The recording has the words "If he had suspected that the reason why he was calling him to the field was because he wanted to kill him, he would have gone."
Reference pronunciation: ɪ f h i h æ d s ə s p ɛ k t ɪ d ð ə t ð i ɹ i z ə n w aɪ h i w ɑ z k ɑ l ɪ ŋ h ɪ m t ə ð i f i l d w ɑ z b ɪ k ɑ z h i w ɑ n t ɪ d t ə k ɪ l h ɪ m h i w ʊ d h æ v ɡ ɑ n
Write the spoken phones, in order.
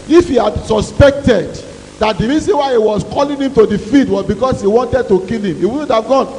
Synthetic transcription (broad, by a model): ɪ f h i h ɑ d s ə s p ɛ k t ɪ d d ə t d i ɹ i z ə n w aɪ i w ɑ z k ɑ l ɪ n h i m t ə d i f i d w ɑ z b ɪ k ɑ s h i w ɑ n t ɪ d t ə k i l h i m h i w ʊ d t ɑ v ɡ ɑ n